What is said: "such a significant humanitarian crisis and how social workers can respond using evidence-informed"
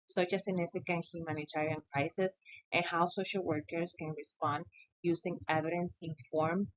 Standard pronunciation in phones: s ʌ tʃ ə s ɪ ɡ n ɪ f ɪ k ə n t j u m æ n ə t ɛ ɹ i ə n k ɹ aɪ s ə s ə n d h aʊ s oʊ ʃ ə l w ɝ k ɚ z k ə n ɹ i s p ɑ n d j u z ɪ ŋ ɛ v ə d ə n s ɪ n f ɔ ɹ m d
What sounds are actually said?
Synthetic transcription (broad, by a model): s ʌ tʃ ə s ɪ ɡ n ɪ f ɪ k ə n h j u m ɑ n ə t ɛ ɹ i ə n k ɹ aɪ s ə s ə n h aʊ s oʊ ʃ ə l w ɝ k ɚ s k ə n ɹ i s p ɑ n d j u s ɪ ŋ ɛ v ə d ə n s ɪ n f ɔ ɹ m